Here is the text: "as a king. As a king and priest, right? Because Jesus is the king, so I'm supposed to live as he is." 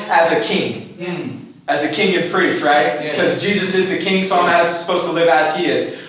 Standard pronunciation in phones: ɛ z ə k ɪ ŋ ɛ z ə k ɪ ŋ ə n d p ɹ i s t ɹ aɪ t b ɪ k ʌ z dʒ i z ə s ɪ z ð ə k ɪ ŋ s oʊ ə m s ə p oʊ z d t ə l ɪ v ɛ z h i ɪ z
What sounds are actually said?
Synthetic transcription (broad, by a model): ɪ z ə k ɪ ŋ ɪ z ə k ɪ ŋ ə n p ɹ i s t ɹ aɪ t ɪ k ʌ z dʒ i z ə s ɪ z ð ə k ɪ ŋ s oʊ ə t s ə p oʊ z t ə l ɪ v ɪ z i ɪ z